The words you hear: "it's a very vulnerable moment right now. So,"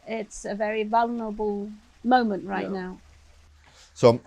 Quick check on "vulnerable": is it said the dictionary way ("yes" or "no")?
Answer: yes